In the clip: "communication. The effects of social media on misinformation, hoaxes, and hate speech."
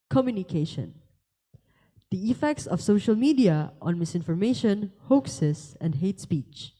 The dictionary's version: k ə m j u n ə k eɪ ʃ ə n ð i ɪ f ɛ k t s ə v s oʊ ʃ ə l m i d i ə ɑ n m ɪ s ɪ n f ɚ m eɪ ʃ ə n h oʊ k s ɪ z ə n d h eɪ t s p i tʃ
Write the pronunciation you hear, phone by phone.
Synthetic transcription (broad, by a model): k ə m j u n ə k eɪ ʃ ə n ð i ɪ f ɛ k t s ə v s oʊ ʃ ə l m i d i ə ɑ n m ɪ s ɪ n f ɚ m eɪ ʃ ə n h oʊ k s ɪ s ə n d h eɪ t s p i tʃ